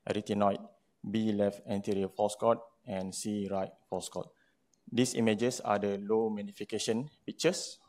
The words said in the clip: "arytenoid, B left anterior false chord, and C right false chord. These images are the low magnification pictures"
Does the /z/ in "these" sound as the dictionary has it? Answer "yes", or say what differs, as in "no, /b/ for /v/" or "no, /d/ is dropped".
no, /s/ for /z/